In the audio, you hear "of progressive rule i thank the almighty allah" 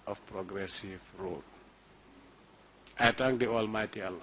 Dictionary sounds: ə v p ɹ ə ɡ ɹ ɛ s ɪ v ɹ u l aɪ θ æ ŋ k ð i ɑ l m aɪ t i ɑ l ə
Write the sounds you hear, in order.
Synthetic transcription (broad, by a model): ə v p ɹ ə ɡ ɹ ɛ s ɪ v ɹ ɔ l aɪ t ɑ ŋ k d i ɑ l m aɪ t i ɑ l